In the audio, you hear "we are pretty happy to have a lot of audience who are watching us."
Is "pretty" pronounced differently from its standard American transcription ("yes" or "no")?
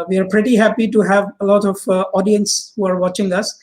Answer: no